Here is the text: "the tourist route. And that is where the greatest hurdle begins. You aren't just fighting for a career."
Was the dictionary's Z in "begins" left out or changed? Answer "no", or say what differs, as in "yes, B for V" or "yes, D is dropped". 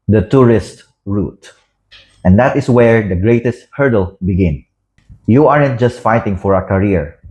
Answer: yes, Z is dropped